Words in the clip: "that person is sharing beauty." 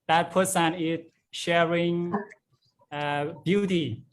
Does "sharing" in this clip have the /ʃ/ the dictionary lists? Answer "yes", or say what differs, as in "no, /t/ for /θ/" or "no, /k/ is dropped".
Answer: yes